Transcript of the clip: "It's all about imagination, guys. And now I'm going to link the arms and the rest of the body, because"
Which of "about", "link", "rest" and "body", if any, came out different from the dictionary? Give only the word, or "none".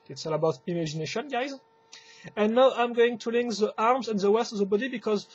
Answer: rest